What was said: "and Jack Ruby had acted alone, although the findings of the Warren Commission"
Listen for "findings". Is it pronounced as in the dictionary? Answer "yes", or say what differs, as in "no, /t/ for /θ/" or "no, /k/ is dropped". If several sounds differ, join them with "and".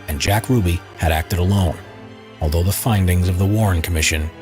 yes